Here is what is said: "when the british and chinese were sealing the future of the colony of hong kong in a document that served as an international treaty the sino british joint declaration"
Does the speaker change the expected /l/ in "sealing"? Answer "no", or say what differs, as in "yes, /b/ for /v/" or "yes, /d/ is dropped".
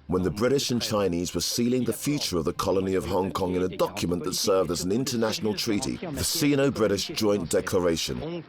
no